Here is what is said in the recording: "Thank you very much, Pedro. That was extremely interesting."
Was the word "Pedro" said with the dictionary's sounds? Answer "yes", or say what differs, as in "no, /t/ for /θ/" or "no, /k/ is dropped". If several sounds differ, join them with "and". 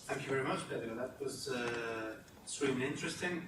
no, /b/ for /p/